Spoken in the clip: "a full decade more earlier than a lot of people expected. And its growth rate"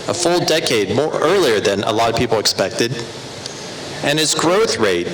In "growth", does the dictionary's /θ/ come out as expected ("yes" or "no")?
yes